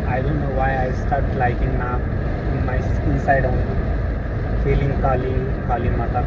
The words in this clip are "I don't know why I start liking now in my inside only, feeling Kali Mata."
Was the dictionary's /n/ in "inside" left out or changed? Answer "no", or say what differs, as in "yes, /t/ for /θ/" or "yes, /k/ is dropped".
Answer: no